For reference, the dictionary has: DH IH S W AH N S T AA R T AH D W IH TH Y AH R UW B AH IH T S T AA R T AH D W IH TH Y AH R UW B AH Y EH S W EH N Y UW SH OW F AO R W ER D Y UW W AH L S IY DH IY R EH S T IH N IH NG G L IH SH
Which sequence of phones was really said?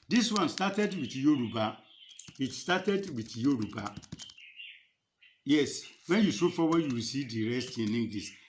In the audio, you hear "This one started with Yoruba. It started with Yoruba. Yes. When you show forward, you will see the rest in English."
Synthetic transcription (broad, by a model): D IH S W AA N S T AA T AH D W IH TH Y AH R UW B AH IH T S T AA T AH D W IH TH Y AH R UW B AH Y EH S W EH N Y UW S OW F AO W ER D Y UW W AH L S IY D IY R EH S T IH N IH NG G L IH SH